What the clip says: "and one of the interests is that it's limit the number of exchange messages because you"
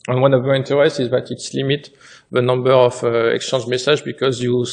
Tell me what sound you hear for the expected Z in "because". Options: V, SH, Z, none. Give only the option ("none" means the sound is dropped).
Z